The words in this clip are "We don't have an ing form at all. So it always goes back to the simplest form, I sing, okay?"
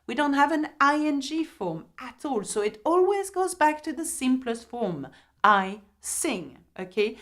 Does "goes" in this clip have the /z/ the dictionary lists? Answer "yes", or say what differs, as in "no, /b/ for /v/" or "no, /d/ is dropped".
yes